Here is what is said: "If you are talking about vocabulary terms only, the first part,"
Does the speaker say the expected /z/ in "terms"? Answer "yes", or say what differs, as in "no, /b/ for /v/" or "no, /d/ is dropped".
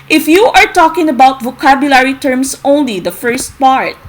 no, /s/ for /z/